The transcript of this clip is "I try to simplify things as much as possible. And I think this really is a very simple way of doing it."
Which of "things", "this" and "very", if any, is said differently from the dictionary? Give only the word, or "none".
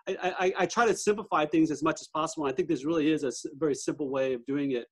none